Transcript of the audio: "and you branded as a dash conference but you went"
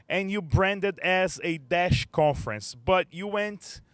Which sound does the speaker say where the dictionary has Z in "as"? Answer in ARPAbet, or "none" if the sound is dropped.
Z